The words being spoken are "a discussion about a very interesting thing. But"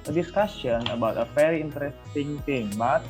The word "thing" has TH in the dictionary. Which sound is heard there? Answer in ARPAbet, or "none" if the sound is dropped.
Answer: T